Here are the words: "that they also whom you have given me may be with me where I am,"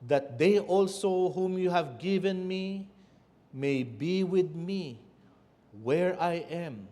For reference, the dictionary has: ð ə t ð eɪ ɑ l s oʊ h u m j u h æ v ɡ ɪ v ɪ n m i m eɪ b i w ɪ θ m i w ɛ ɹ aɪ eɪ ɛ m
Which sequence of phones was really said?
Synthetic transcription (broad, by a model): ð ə t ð eɪ ɑ l s oʊ h u m j u h æ v ɡ ɪ v ɪ n m i m eɪ b i w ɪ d m i w ɛ ɹ aɪ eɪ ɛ m